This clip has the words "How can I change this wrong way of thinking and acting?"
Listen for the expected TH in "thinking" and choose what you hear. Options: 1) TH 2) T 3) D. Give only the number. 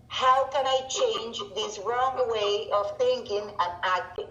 1